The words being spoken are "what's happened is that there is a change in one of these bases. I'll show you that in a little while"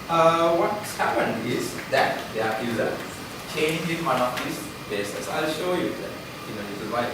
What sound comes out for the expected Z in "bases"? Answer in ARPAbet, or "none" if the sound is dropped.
S